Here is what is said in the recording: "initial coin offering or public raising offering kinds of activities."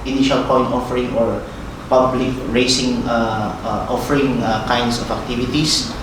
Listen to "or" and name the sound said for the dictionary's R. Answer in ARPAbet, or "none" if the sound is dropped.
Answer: R